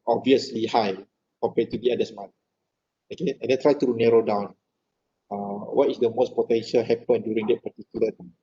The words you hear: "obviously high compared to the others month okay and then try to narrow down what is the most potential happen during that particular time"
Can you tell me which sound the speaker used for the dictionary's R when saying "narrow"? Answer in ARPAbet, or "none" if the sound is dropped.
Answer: R